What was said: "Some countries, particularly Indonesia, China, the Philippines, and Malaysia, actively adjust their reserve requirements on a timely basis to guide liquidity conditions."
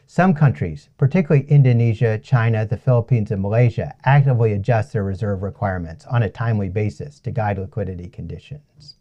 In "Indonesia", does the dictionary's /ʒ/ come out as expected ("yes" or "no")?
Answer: yes